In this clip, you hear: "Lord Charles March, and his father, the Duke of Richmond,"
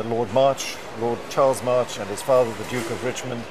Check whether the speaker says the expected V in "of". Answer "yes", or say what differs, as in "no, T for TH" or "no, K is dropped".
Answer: yes